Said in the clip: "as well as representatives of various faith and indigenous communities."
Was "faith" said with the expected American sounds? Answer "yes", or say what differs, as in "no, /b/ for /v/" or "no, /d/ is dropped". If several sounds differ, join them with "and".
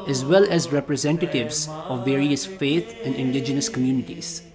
no, /t/ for /θ/